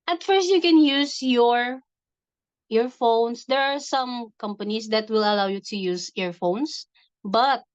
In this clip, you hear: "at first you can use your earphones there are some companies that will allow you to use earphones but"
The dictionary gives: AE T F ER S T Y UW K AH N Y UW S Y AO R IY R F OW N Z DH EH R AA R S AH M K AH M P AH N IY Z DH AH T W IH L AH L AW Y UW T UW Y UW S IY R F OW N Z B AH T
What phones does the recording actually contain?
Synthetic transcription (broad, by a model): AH T F ER S T Y UW K AH N Y UW S Y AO R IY R F OW N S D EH R AA R S AH M K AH M P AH N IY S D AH T W IH L AH L AW Y UW T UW Y UW S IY R F OW N S B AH T